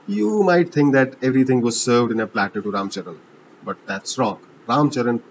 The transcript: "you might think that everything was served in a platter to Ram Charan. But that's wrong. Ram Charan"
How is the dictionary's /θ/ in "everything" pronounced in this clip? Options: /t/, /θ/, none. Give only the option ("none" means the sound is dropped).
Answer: /t/